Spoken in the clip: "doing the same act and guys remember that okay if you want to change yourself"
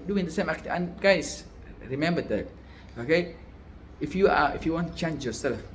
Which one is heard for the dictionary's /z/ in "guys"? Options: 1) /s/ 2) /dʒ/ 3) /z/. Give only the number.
1